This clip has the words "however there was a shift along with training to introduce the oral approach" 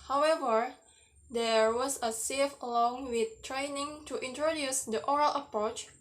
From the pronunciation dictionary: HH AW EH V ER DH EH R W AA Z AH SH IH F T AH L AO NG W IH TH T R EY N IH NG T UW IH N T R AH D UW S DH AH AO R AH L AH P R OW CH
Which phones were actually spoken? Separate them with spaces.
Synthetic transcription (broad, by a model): HH AW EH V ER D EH R W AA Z AH S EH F AH L AO NG W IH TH T R EY N IH NG T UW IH N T R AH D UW S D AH AO R AH L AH P R OW CH